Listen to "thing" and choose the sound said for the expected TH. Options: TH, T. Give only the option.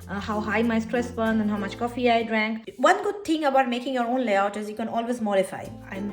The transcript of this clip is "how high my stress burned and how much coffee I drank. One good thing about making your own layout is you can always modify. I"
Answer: T